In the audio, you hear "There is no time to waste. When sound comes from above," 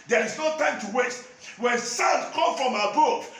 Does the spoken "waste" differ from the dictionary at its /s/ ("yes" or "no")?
yes